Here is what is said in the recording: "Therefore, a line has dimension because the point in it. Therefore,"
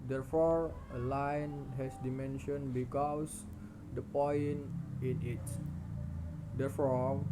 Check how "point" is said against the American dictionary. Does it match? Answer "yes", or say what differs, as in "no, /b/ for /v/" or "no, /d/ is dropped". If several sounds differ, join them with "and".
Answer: no, /t/ is dropped